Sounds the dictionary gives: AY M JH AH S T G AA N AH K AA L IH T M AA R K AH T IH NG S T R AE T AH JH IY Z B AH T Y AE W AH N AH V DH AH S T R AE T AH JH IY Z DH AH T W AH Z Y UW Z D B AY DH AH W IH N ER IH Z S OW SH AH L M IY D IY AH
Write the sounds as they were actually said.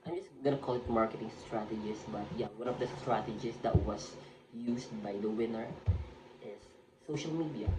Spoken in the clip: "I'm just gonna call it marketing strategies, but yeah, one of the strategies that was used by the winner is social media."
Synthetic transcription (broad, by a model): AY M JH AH S G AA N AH K AA L IH T M AA R K AH T IH NG S T R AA T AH JH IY S B AH T Y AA W AH N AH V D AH S T R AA T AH JH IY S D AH T W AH S Y UW S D B AY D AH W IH N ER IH S OW SH AH L M IY D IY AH